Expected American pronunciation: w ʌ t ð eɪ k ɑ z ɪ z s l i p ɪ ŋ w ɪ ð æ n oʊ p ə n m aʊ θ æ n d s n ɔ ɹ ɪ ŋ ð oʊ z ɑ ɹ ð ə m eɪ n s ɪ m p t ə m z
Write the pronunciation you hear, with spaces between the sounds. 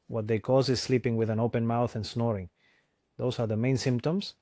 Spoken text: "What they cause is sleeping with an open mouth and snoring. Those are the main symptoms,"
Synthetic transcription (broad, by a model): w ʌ t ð eɪ k ɑ z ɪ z s l i p ɪ ŋ w ɪ ð æ n oʊ p ə n m aʊ θ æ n s n ɔ ɹ ɪ ŋ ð oʊ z ɑ ɹ ð ə m eɪ n s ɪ m p t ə m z